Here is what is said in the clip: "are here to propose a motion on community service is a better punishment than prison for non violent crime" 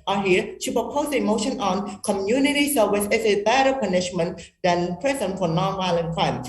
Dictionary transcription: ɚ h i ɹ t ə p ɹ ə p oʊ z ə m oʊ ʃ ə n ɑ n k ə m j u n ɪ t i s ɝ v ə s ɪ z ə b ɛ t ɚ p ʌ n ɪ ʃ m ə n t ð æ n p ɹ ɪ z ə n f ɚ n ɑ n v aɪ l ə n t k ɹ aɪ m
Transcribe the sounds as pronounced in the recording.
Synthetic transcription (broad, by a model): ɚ h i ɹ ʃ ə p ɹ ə p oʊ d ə m oʊ ʃ ə n ɑ n k ə m j u n ɪ t i s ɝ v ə s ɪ s ə b ɛ t ɚ p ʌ n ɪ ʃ m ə n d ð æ n p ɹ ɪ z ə n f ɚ n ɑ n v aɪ l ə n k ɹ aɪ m